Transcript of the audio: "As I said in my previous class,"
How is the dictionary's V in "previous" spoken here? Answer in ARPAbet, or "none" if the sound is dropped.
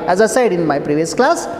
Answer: V